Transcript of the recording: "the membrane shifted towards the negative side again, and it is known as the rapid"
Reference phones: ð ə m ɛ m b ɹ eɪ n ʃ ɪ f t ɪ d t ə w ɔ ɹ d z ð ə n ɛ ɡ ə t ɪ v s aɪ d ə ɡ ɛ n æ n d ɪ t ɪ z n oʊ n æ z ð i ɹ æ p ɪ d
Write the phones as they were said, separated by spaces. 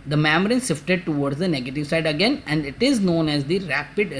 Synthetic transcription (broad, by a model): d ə m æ m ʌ ɹ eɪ n s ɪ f t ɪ d t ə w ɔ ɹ d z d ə n ɛ ɡ ə t ɪ v s aɪ d ə ɡ ɛ n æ n d ɪ t ɪ z n oʊ n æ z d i ɹ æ p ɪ d